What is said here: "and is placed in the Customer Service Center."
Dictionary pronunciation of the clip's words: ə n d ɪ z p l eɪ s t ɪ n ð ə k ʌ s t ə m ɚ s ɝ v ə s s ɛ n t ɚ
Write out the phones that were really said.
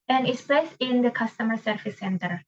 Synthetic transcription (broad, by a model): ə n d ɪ s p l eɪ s ɪ n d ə k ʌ s t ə m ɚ s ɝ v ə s s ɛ n t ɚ